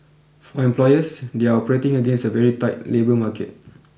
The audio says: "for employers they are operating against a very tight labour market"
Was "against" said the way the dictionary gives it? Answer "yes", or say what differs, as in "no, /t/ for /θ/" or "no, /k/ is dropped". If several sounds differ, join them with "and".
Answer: no, /t/ is dropped